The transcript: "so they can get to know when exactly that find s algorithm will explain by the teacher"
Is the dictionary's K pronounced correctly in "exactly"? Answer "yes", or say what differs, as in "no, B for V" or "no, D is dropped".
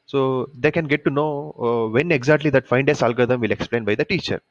yes